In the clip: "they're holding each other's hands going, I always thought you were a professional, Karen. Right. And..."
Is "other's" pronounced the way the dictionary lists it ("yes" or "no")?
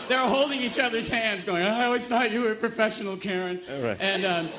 yes